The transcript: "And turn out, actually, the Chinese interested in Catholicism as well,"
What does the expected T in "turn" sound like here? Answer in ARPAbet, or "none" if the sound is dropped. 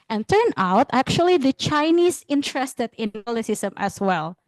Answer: T